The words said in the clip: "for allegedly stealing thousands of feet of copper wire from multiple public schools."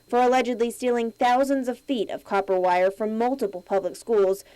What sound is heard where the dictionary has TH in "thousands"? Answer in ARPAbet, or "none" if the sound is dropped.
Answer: TH